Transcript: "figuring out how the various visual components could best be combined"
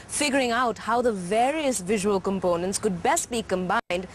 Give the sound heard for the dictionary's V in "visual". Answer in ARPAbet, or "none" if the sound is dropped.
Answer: V